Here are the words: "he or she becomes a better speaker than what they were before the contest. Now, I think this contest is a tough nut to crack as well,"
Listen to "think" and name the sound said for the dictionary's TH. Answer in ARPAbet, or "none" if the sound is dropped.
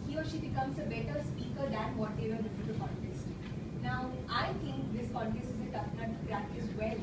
T